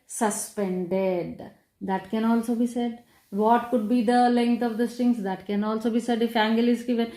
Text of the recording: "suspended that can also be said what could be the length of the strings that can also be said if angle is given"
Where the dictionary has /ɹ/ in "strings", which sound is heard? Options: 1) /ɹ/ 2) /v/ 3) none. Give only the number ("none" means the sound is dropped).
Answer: 3